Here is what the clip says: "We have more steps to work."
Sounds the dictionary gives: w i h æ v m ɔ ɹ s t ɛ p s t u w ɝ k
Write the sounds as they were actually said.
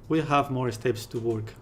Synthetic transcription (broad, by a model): w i h æ v m ɔ ɹ s t ɛ p s t u w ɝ k